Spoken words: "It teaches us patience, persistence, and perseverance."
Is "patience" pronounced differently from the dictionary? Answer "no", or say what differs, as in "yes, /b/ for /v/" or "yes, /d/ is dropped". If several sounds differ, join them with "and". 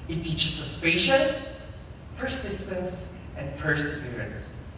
yes, /n/ is dropped